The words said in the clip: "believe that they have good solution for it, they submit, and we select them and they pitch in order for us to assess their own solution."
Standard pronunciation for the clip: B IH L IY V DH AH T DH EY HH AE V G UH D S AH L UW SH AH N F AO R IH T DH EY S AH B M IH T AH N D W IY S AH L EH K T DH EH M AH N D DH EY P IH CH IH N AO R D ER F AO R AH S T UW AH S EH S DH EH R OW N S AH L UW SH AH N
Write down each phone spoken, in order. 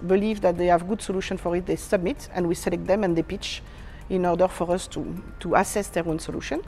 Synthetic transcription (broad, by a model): B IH L IY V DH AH T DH EY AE V G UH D S AH L UW SH AH N F AO R IH T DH EY S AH B M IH T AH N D W IY S AH L EH K T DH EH M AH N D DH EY P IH CH IH N AO R D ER F AO R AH S T UW AH S EH S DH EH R OW N S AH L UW SH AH N